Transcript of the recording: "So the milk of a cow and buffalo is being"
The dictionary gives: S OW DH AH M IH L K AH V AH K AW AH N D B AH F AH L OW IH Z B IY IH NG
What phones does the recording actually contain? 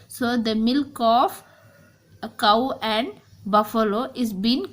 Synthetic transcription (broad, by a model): S OW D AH M IH L K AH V K AW AH N D B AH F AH L OW IH Z B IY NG